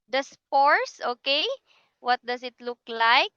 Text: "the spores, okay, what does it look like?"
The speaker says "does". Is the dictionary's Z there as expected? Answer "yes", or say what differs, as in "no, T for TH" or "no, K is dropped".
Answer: no, S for Z